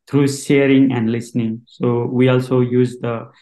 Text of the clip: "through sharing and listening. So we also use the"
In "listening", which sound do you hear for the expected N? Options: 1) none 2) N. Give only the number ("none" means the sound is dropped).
2